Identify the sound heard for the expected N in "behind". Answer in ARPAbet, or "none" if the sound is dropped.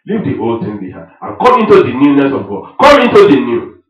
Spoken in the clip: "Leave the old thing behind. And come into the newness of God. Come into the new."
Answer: none